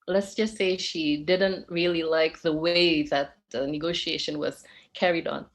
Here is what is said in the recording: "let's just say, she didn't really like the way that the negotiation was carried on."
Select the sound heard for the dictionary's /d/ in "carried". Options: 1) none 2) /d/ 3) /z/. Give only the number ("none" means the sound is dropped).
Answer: 2